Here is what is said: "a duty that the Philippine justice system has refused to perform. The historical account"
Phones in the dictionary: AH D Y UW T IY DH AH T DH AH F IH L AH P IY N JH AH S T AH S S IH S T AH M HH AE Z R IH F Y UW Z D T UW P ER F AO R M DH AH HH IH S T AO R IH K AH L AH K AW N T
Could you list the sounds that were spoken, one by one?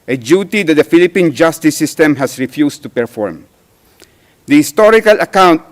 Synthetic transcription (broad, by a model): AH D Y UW T IY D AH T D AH F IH L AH P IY N JH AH S T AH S S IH S T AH M HH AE S R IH F Y UW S T UW P ER F AO R M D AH HH IH S T AO R IH K AH L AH K AW N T